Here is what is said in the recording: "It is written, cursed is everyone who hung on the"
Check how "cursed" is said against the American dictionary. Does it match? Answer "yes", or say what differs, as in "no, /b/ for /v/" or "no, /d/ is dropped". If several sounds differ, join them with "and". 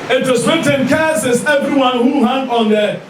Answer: no, /t/ is dropped